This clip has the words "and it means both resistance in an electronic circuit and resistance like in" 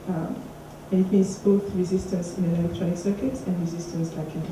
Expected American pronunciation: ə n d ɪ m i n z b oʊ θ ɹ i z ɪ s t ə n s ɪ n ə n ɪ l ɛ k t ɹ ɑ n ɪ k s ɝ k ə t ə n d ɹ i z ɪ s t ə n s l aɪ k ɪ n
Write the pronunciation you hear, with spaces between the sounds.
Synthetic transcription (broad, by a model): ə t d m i z b oʊ θ ɹ i z ɪ s t ə n s ɪ n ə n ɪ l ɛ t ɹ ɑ ɪ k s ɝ k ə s ə n d ɹ i z ɪ s t ə n s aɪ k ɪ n